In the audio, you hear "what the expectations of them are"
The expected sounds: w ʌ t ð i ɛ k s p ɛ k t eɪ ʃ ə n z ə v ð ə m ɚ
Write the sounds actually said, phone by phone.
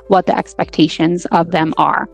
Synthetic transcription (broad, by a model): w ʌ t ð i ɛ k s p ɛ k t eɪ ʃ ə n z ə v ð ə m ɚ